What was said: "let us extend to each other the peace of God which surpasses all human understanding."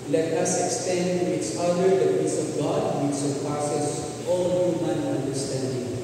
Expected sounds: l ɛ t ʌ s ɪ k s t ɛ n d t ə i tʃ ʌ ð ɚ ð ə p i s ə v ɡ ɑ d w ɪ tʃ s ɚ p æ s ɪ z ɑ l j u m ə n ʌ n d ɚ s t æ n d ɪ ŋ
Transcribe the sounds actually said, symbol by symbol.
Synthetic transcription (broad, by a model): l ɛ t ʌ s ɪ k s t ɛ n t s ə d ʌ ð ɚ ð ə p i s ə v ɡ ɑ d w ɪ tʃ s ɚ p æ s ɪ s ɑ l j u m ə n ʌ n d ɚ s t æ n d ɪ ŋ